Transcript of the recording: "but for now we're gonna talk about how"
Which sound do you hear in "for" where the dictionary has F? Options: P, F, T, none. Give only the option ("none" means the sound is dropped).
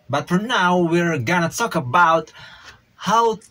F